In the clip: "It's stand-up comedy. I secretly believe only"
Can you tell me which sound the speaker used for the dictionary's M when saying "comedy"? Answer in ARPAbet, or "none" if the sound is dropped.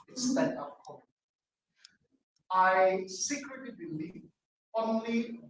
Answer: none